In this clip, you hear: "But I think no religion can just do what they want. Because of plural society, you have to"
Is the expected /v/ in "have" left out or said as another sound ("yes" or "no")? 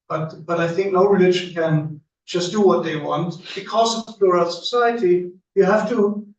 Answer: yes